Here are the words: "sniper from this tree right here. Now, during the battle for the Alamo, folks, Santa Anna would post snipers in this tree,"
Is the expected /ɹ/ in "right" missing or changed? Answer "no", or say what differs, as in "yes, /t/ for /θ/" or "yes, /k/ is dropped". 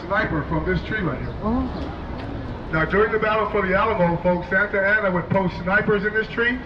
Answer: yes, /l/ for /ɹ/